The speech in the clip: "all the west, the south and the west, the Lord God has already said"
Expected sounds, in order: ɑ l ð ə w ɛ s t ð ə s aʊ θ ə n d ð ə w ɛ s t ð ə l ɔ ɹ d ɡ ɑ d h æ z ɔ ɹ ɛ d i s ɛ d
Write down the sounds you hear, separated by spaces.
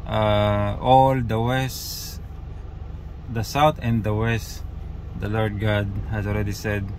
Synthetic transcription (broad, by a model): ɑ l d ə w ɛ s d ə s aʊ t ə n d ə w ɛ s t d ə l ɔ ɹ d ɡ ɑ d h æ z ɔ l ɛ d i s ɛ d